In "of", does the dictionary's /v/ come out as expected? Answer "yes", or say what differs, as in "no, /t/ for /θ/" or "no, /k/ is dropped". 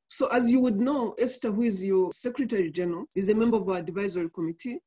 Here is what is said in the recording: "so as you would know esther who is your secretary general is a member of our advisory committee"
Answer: yes